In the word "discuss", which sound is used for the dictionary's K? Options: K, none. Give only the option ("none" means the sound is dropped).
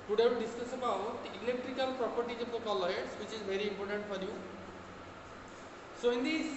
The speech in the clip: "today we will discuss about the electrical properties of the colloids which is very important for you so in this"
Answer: none